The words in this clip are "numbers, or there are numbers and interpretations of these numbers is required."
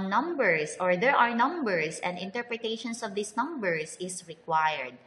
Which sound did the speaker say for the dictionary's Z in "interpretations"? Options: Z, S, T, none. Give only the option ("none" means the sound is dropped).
S